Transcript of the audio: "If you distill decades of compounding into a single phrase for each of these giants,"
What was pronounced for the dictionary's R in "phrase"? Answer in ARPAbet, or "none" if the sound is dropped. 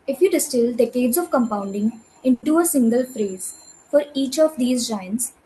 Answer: R